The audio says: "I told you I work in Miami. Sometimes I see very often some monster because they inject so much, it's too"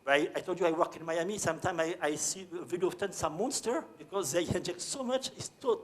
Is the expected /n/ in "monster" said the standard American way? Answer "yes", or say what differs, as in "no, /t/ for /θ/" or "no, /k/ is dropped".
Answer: yes